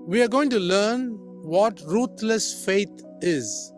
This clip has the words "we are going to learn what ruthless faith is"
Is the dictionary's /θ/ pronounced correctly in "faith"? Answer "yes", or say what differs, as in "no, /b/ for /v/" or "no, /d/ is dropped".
no, /t/ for /θ/